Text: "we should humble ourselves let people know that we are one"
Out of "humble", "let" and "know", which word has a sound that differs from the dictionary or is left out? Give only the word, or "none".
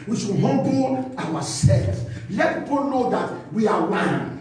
humble